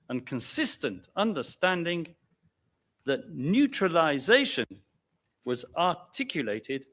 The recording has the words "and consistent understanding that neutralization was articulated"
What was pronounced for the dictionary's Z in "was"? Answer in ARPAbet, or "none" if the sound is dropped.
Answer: Z